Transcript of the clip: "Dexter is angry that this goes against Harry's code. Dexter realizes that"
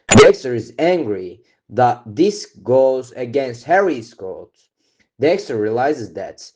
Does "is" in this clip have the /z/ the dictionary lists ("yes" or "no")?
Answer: yes